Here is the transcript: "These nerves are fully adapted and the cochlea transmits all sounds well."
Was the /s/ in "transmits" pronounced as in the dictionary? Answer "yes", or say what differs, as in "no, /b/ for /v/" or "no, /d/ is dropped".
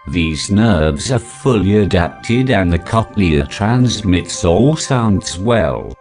yes